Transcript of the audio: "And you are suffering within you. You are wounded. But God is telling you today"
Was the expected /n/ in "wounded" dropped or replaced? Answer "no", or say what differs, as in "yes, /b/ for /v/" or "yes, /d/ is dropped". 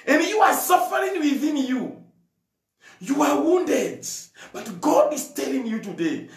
no